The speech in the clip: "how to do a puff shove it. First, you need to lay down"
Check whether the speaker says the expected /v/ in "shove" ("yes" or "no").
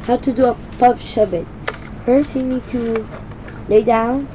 no